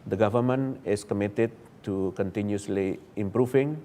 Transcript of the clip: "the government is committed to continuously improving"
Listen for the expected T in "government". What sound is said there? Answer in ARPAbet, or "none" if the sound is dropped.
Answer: none